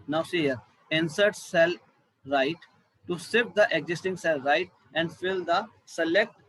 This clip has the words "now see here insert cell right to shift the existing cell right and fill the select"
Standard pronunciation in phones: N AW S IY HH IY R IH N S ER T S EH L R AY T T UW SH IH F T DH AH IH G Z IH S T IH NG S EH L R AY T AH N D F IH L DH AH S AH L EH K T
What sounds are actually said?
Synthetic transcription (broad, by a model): N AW S IY HH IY R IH N S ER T S EH L R AY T T UW S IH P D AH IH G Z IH S T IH NG S EH L R AY T AH N D F IH L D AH S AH L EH K T